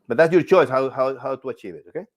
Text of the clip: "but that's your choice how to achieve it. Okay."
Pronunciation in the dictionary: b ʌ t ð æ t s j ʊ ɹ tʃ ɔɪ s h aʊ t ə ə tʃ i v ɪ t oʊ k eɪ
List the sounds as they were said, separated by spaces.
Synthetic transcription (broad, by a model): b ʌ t ð æ t s j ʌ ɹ tʃ ɔɪ s h aʊ t ə ə tʃ i v ɪ t oʊ k eɪ